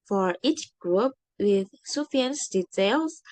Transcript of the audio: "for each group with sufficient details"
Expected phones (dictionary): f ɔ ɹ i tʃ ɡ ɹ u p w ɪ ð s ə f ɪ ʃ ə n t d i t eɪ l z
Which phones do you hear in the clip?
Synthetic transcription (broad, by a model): f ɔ ɹ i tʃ ɡ ɹ u p w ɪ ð s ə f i ə n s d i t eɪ l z